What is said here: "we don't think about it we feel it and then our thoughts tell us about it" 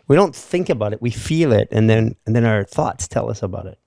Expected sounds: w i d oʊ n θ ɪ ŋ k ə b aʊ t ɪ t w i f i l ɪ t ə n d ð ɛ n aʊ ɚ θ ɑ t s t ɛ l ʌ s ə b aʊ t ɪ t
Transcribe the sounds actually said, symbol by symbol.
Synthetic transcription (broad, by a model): w i d oʊ n θ ɪ ŋ k ə b aʊ t ɪ t w i f i l ɪ t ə n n ð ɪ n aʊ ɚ θ ɑ t s t ɛ l ʌ s ə b aʊ t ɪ t